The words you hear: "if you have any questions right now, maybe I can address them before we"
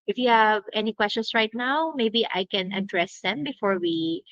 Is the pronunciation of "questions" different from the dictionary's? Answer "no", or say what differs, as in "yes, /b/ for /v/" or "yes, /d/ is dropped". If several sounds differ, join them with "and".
yes, /s/ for /z/